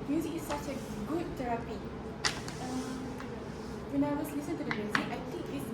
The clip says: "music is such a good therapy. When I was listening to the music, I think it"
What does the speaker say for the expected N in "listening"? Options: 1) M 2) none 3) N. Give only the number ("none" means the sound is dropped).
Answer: 2